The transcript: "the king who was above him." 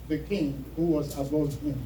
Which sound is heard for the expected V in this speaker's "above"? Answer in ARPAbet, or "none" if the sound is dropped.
none